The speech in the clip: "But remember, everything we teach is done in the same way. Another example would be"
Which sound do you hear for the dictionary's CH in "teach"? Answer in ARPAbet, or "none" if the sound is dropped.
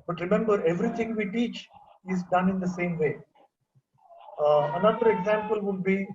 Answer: CH